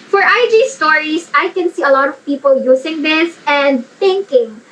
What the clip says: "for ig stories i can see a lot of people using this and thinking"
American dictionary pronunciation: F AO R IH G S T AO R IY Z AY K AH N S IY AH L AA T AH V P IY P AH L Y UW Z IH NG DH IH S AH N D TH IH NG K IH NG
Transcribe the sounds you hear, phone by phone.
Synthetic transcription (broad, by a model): F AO R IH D S T AO R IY S AY K AH N S IY AH L AA T AH V P IY P AH L Y UW S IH NG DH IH S AH N D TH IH NG K IH NG